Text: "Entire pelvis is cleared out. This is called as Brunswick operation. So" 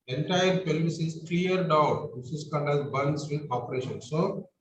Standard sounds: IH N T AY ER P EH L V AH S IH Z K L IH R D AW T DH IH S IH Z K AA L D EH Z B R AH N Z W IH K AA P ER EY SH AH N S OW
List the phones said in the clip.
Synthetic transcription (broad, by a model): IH N T AY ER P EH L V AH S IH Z K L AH R D AW T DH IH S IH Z K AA N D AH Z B AH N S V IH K AA P ER EY SH AH N S OW